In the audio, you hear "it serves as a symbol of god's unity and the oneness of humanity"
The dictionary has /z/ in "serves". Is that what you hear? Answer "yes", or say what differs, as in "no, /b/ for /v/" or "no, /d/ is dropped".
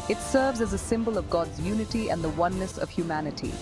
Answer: yes